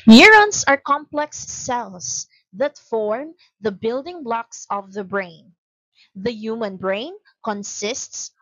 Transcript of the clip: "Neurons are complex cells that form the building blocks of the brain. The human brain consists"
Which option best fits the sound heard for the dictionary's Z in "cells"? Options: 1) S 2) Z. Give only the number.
1